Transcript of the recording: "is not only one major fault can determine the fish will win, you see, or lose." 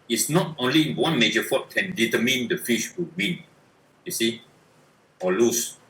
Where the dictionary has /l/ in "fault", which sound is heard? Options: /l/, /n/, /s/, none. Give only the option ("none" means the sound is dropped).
none